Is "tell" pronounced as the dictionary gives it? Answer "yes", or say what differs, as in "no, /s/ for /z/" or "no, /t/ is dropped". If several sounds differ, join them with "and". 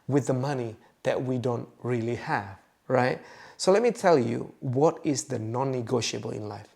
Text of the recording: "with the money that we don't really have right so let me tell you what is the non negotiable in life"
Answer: yes